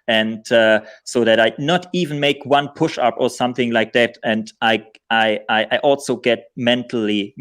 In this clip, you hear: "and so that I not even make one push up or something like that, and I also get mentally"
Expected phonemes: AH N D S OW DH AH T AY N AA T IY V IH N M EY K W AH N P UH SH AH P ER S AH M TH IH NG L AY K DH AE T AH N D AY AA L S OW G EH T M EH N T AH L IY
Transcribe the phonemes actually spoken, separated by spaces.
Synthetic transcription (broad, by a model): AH N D S OW DH AH T AY N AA T IY V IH N M EY K W AH N P UH SH AH P ER S AH M TH IH NG L AY K DH AE T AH N D AY AA L S OW G EH T M EH N T L IY